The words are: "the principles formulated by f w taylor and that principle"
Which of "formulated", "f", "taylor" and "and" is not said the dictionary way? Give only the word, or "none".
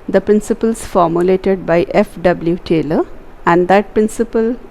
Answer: none